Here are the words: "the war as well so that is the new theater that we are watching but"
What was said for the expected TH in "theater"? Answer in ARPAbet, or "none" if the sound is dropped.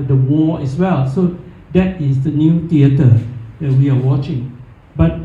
T